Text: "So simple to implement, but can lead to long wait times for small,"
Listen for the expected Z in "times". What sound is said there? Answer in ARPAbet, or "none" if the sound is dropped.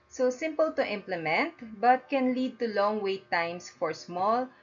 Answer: S